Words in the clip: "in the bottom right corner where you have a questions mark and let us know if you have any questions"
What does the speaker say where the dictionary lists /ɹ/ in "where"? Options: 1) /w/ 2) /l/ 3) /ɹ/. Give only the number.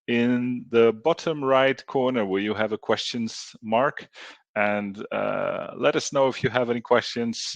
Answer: 2